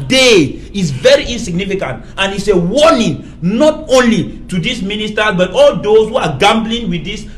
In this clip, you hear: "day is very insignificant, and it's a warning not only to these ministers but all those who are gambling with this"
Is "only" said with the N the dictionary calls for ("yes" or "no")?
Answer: yes